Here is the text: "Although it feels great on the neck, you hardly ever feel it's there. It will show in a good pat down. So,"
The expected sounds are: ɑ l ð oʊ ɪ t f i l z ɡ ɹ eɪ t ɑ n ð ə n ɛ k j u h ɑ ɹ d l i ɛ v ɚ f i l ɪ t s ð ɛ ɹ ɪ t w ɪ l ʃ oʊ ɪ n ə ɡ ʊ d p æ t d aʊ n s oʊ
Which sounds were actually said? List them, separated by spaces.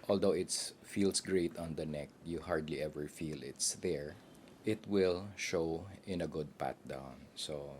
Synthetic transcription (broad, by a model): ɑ l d oʊ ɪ t f i l s ɡ ɹ eɪ t ɑ n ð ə n ɛ k j u h ɑ ɹ d l i ɛ v ɚ f i l ɪ t s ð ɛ ɹ ɪ t w ɪ l ʃ oʊ ɪ n ə ɡ ʊ d p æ t d aʊ n s oʊ